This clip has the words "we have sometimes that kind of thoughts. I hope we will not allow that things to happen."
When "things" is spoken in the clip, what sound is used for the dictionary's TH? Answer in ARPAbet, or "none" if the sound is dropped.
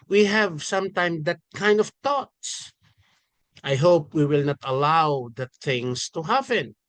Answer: T